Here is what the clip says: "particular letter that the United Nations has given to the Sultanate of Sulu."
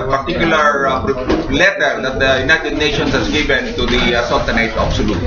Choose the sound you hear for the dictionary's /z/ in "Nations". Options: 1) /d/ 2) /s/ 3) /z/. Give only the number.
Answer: 2